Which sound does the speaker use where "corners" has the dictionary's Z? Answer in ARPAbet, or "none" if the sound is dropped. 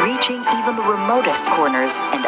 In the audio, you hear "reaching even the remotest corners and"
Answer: Z